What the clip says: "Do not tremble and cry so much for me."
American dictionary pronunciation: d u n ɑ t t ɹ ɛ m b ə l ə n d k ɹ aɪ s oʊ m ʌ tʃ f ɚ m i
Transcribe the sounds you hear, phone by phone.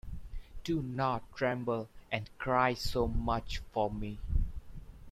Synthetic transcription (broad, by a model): d u n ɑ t t ɹ ɛ m b ə l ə n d k ɹ aɪ s oʊ m ʌ tʃ f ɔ m i